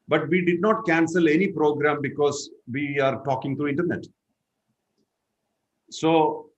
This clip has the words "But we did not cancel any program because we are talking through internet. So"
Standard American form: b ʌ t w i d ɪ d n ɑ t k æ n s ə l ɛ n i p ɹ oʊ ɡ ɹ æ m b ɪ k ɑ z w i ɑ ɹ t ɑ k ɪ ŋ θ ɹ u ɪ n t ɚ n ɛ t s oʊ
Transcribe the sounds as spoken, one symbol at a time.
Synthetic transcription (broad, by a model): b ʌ t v i d ɪ d n ɑ t k æ n s ə l ɛ n i p ɹ oʊ ɡ ɹ æ m b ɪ k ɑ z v i ɑ ɹ t ɑ k ɪ ŋ t ɹ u ɪ n t ɚ n ɛ t s oʊ